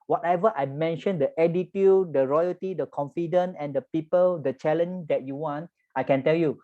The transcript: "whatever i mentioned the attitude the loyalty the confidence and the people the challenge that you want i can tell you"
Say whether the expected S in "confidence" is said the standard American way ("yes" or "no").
no